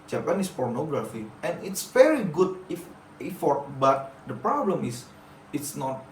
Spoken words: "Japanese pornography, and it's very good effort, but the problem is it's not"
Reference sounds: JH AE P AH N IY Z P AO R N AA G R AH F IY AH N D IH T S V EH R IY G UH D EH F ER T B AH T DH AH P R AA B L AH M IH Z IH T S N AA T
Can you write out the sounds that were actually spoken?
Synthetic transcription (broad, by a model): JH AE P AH N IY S P AO R N AA G R AH F IY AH N IH T S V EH R IY G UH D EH F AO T B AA T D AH P R AA B L AH M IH S IH T S N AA T